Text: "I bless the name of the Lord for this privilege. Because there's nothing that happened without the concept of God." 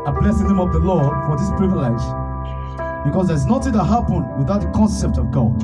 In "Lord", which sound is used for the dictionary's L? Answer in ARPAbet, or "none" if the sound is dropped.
L